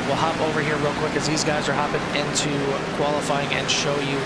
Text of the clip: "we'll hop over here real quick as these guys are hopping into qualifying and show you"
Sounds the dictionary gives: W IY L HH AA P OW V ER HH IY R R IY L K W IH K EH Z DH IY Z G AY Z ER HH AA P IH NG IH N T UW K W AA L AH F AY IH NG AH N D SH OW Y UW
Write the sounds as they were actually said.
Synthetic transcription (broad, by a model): W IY L HH AA P OW V ER HH IY R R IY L K W IH K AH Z DH IY Z G AY Z ER HH AA P IH NG IH N T UW K W AA L AH F AY IH NG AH N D SH OW Y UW